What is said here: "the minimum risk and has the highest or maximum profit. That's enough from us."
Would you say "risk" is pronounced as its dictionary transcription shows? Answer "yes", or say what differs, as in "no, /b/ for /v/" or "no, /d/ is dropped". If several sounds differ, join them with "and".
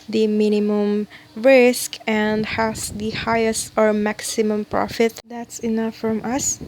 yes